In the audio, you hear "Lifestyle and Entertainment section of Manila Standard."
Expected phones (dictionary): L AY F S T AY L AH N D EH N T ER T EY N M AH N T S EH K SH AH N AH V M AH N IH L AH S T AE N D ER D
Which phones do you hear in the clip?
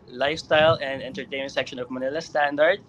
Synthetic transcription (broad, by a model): L AY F S T AY L AH N D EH N T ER T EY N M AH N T S EH K SH AH N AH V M AH N IH L AH S T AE N D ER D